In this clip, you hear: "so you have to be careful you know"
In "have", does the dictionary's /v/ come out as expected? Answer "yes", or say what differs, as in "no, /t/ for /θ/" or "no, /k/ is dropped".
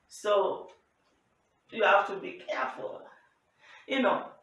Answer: no, /f/ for /v/